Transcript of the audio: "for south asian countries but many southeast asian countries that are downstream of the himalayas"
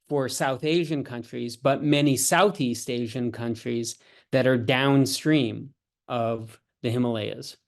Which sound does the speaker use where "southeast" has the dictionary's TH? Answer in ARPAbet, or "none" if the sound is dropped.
TH